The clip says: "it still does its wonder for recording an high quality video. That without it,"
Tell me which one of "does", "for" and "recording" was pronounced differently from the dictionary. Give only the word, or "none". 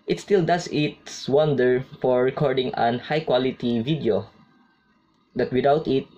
does